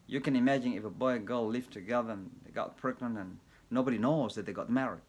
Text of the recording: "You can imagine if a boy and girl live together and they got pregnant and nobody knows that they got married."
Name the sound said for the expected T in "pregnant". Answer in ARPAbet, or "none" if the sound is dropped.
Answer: none